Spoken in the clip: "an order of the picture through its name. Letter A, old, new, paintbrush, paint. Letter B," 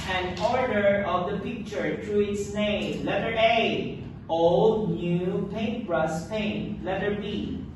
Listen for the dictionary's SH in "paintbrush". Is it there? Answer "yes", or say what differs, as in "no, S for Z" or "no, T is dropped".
no, S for SH